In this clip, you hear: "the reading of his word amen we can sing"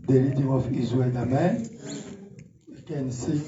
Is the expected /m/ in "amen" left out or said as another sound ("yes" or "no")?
no